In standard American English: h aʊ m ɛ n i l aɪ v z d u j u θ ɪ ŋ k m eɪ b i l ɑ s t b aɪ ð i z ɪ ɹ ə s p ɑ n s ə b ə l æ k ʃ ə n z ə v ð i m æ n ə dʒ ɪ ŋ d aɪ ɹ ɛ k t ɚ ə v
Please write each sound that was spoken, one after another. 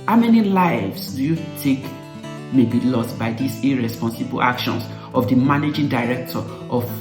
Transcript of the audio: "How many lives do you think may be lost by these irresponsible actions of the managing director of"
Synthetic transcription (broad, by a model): h aʊ m ɛ n i l aɪ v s d u j u t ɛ k m eɪ b i l ɑ s t b aɪ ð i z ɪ ɹ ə s p ɑ n s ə b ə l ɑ k ʃ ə n s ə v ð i m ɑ n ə dʒ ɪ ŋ d aɪ ɹ ɛ k t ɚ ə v